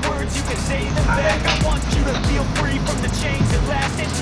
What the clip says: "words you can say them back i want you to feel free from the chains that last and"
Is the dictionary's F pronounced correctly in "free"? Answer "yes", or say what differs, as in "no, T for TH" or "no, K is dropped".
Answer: yes